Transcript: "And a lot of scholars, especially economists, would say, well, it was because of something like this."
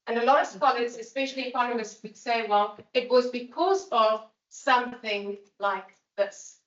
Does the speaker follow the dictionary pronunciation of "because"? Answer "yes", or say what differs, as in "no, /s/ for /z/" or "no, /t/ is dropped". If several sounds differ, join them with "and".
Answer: yes